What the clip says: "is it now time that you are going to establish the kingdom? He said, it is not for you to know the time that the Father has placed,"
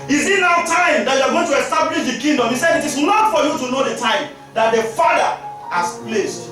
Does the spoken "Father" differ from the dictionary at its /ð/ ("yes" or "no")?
yes